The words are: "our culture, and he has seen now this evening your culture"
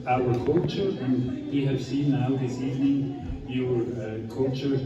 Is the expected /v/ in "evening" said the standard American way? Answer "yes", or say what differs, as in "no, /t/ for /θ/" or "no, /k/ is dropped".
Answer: yes